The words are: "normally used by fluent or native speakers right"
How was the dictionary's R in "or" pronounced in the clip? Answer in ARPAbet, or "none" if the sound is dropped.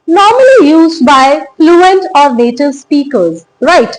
R